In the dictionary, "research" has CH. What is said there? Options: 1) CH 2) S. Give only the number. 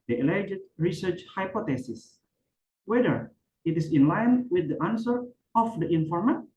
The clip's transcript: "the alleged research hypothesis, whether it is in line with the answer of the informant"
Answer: 1